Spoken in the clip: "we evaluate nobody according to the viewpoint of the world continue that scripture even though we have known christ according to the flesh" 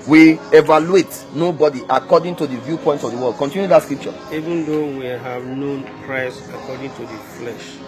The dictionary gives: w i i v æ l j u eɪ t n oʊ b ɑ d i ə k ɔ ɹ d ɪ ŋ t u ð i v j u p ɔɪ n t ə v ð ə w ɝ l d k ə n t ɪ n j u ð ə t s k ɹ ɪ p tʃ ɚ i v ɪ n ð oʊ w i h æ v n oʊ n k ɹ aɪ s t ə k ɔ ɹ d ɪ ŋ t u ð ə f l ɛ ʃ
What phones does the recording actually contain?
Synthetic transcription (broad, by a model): w i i v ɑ l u eɪ t n oʊ b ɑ d i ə k ɔ d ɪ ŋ t u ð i v j u p ɔɪ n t ə v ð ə w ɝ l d k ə n t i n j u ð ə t s k ɹ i p tʃ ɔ i v ɪ n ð oʊ w i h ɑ v n oʊ n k ɹ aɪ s ə k ɔ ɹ d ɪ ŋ t u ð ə f l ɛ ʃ